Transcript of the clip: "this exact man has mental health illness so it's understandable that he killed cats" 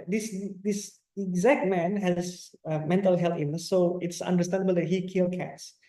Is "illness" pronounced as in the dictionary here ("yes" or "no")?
no